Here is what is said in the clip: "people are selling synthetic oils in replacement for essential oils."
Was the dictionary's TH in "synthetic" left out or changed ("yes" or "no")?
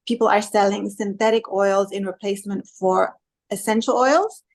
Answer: no